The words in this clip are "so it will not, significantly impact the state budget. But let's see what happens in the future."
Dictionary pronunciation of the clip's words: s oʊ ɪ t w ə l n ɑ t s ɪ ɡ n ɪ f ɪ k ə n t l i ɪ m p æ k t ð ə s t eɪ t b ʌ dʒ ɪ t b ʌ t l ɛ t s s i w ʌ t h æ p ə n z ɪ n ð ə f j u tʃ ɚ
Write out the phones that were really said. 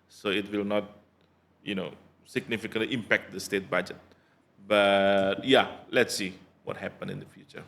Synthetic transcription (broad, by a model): s oʊ ɪ t w ə l n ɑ t s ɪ ɡ n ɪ f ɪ k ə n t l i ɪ m p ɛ k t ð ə s t eɪ t b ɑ dʒ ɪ t b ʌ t l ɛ t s s i w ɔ t h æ p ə n ɪ n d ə f j u tʃ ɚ